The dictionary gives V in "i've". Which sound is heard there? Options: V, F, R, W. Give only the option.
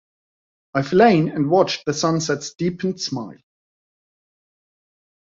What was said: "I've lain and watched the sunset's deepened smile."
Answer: F